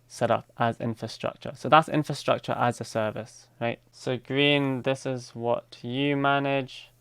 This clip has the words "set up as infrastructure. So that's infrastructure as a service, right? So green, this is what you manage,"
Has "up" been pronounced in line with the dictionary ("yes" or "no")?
yes